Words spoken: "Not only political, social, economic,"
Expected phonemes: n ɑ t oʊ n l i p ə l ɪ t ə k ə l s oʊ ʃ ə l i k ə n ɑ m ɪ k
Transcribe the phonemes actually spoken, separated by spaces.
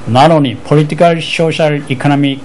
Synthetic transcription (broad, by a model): n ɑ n oʊ n i p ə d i t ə k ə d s oʊ ʃ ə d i k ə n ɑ m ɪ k